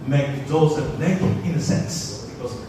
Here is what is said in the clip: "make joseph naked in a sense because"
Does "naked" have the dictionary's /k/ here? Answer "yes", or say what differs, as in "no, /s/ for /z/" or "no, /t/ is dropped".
no, /k/ is dropped